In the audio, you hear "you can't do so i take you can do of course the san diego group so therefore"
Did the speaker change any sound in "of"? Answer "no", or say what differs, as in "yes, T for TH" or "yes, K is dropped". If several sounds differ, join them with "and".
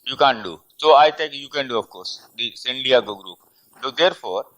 yes, F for V